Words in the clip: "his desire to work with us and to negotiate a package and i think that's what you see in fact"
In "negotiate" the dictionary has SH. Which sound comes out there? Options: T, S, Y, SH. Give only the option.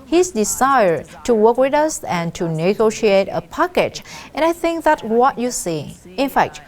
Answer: SH